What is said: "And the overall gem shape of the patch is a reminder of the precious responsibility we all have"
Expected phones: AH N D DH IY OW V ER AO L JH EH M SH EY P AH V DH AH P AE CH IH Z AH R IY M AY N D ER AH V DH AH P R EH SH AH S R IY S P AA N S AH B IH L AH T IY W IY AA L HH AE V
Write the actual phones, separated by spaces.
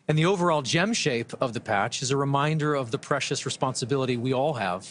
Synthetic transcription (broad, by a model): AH N DH IY OW V ER AO L JH EH M SH EY P AH V DH AH P AE CH IH Z AH R IY M AY N D ER AH V DH AH P R EH SH AH S R IY S P AA N S AH B IH L AH T IY W IY AA L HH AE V